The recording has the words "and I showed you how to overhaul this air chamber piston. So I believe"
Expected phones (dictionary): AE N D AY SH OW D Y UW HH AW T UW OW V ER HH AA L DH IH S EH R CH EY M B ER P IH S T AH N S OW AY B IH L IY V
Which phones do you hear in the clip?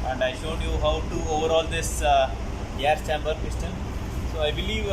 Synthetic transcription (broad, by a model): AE N D AY SH OW D Y UW HH AW T UW OW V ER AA L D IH S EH R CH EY M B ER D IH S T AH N S OW AY B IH L IY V